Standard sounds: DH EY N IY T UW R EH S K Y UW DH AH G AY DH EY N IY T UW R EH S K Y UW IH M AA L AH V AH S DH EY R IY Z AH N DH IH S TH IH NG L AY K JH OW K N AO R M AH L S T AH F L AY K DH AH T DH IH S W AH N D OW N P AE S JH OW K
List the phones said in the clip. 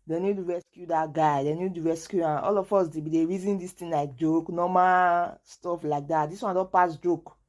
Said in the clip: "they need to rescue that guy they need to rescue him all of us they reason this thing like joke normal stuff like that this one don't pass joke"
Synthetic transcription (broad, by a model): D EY N IY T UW R EH S K Y UW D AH G AY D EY N IY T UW R EH S K Y UW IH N AA L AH F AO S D EY R IY Z AH N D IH S T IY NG L AY K JH OW K N AO M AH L S T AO F L AY K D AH T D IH S W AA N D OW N P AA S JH OW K